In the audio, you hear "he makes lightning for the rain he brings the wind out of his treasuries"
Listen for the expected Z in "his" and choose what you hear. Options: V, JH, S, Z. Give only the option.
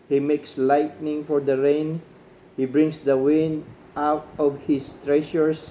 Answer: S